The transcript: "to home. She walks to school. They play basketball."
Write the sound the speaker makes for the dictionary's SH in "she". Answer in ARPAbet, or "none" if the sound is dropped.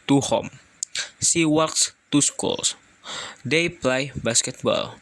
S